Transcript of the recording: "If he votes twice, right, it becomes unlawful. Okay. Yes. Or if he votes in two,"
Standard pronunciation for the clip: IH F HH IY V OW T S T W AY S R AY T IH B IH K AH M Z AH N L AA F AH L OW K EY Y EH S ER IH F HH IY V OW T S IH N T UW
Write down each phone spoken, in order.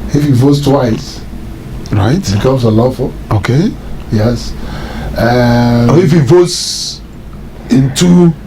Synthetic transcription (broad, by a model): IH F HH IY V OW T S T W AY S R AY T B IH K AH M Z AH L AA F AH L OW K EY Y EH S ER IH F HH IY V OW T S IH N T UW